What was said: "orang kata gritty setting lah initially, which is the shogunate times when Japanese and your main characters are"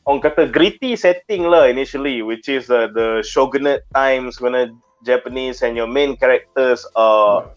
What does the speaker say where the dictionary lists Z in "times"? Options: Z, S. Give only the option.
S